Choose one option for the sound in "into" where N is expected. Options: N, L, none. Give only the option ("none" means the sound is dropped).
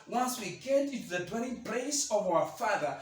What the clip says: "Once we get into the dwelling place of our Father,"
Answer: N